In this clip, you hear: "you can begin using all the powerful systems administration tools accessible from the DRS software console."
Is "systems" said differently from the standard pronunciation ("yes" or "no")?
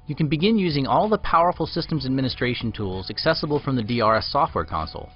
no